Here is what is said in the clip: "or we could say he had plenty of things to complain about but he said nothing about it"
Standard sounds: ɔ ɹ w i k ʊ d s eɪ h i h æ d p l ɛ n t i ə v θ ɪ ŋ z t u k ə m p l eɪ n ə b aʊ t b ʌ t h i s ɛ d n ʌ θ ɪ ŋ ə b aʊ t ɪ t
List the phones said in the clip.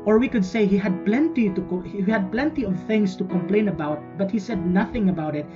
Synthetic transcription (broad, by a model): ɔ ɹ w i k ʊ d s eɪ h i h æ d p l ɛ n t i ə v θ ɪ ŋ s t u k ə m p l eɪ n ə b aʊ t b ʌ t h i s ɛ d n ʌ θ ɪ ŋ ə b aʊ t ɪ t